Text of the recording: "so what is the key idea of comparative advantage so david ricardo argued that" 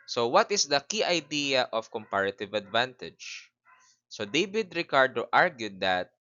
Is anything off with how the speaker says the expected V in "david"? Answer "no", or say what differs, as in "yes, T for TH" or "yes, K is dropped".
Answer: yes, B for V